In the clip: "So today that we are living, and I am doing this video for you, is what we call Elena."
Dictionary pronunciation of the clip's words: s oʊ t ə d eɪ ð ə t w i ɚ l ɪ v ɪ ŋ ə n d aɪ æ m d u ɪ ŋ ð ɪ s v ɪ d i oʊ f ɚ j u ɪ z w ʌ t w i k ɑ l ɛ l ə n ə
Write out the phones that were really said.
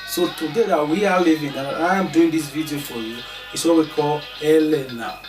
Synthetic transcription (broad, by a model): s oʊ t ə d eɪ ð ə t w i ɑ l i v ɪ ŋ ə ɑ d aɪ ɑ m d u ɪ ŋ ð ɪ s v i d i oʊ f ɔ j u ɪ s w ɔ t w i k ɑ l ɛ l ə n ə